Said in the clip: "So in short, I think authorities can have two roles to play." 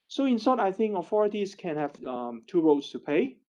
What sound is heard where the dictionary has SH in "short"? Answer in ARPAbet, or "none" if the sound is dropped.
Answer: S